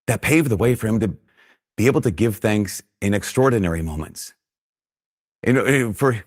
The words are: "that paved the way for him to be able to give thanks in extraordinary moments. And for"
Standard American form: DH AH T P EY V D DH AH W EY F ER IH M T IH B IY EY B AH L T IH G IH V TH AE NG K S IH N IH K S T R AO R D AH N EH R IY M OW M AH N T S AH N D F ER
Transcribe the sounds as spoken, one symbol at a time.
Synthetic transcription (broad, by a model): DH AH T P EY V DH AH W EY F ER IH M T IH B IY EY B L T IH G IH V TH AE NG K S IH N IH K S T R AO R D N EH R IY M OW M AH N T S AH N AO F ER